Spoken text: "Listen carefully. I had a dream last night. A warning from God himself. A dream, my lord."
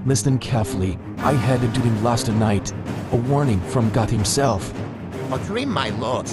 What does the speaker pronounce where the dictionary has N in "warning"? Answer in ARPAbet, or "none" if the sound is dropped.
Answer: N